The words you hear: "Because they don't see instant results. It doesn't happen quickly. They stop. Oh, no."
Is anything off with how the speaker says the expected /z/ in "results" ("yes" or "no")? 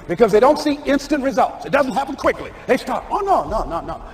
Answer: no